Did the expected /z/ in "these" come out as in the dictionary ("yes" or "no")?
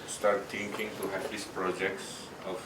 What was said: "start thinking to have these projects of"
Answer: no